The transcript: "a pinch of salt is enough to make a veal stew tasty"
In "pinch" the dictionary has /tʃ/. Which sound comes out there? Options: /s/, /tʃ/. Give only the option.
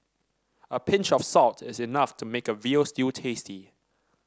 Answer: /tʃ/